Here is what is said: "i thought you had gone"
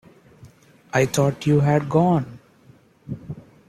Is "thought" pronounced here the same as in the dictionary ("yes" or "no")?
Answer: no